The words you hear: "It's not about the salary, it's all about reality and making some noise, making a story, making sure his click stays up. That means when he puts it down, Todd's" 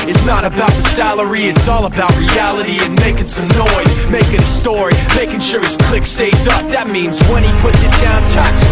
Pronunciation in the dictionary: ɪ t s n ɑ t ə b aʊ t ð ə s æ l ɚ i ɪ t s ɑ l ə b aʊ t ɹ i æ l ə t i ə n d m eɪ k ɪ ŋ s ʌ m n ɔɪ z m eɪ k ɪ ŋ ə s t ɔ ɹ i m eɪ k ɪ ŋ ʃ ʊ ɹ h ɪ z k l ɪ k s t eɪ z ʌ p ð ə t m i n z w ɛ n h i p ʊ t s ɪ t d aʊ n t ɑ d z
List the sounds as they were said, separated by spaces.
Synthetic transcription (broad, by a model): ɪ t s n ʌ t ə b aʊ t ð ə s æ l ɚ i ɪ t s ɑ l ə b aʊ t ɹ i æ l ə t i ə n m eɪ k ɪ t s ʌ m n ɔɪ z m eɪ k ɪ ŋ ə s t ɔ ɹ i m eɪ k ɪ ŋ ʃ ʊ ɹ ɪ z k l ɪ k s t eɪ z ʌ p ð ə t m i n z w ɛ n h i p ʊ t s ɪ t d aʊ n t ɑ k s